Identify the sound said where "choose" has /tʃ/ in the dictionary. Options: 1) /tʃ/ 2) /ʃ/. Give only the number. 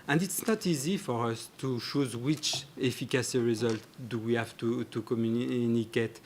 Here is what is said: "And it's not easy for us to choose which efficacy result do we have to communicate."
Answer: 2